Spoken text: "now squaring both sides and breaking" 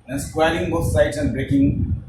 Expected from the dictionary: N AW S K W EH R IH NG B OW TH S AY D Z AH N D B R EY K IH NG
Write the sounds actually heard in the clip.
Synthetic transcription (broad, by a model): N S K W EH L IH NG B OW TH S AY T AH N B R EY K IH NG